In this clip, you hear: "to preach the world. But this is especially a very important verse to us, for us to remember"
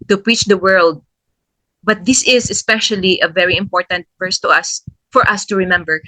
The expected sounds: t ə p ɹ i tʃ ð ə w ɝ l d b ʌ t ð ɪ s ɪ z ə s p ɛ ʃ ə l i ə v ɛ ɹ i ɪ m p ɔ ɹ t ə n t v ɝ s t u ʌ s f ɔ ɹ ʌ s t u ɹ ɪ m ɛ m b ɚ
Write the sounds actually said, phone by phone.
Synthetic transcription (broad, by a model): t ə p ɹ i tʃ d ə w ɝ l d b ʌ t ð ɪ s ɪ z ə s p ɛ ʃ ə l i ə v ɛ ɹ i ɪ m p ɔ ɹ t ə n t f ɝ s t u ʌ s f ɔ ɹ ʌ s t u ɹ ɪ m ɛ m b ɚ